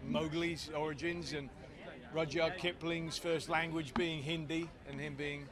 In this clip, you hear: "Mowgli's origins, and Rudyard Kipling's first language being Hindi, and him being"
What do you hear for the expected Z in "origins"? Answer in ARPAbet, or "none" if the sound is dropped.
Z